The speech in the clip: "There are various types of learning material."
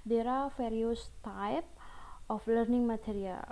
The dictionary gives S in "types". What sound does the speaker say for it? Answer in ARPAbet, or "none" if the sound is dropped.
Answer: none